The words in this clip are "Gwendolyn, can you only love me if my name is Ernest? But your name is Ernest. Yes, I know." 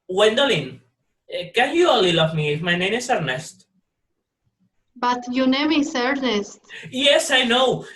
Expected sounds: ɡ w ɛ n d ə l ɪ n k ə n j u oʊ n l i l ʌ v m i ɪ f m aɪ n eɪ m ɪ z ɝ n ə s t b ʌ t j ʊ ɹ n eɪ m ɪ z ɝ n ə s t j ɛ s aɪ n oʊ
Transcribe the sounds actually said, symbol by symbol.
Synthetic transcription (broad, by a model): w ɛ n d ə l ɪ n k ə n j u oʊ l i l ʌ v m i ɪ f m aɪ n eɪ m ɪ s ɝ n ə s t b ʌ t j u n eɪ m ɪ s ɝ n ə s t j ɛ s aɪ n oʊ